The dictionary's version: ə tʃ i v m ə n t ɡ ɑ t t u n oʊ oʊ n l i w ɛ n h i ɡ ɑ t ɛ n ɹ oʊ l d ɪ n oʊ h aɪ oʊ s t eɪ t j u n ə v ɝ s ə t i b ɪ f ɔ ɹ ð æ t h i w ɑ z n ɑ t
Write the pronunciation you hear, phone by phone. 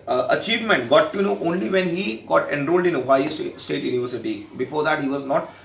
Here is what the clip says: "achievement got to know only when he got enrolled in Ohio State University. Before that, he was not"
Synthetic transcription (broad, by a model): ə tʃ i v m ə n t ɡ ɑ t t u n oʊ oʊ n l i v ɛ n h i ɡ ɑ t ɛ n ɹ oʊ l d ɪ n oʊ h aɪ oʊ s t eɪ t j u n ə v ɝ s ə t i b ɪ f ɔ ɹ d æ t h i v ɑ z n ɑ t